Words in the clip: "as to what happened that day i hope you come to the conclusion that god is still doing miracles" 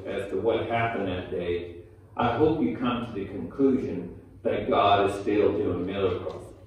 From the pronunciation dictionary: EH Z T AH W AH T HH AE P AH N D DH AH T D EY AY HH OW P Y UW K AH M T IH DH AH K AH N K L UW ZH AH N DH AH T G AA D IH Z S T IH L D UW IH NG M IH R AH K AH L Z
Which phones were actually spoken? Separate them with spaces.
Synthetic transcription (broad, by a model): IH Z T AH W AH T HH AE P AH N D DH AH T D EY AY HH OW P Y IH K AH M T IH DH AH K AH N K L UW ZH AH N DH AH T G AA D IH Z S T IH L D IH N M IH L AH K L